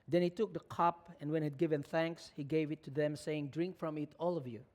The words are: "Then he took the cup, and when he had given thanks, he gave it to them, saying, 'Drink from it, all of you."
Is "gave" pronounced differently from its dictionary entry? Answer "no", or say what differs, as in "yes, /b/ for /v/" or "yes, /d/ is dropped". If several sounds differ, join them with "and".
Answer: no